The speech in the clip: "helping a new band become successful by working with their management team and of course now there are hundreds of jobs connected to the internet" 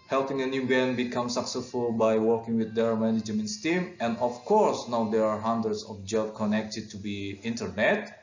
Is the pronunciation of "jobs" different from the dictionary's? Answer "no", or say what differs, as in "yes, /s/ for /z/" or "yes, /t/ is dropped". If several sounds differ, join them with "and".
yes, /z/ is dropped